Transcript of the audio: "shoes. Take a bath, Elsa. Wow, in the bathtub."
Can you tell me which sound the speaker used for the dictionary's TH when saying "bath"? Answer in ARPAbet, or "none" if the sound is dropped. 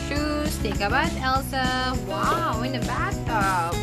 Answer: S